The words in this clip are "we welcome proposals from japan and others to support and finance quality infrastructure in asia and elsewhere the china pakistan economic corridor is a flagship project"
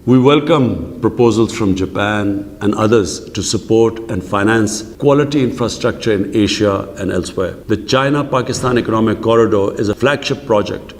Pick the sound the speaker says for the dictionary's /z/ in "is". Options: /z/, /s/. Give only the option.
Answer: /z/